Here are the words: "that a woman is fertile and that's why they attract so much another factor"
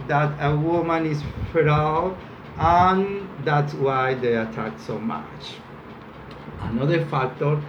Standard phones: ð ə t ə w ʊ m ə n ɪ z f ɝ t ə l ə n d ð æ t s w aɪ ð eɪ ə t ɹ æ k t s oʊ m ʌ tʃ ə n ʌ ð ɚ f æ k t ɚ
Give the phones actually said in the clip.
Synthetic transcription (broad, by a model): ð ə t ə w ʊ m ə n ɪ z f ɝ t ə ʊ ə n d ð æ t s w aɪ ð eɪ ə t æ k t s oʊ m ʌ tʃ ə n ʌ ð ɚ f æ k t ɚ